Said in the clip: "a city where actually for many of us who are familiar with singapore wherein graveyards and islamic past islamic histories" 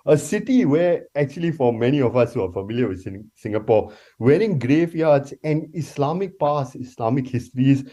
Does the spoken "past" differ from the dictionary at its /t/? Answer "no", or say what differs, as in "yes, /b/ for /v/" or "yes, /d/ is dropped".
yes, /t/ is dropped